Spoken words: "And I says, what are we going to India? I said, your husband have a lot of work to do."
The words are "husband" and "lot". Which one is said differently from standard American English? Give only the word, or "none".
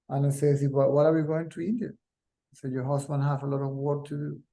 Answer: husband